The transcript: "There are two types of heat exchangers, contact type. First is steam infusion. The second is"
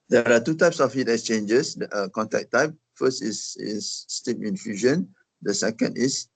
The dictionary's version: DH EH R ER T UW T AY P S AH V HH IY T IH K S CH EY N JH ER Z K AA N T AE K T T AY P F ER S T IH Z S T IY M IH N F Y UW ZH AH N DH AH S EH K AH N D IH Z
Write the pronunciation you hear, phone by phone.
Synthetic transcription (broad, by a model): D EH R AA T UW T AY P S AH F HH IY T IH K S CH EY N JH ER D K AA N T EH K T T AY P F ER S T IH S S T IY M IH N F Y UW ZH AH N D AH S EH K AH N D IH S